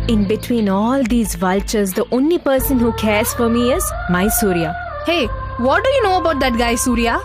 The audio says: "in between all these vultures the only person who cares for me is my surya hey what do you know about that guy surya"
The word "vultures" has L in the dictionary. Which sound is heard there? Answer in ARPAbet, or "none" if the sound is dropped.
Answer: L